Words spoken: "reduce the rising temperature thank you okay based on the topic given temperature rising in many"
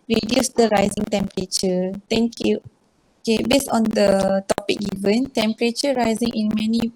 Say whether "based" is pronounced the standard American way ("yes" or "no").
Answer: no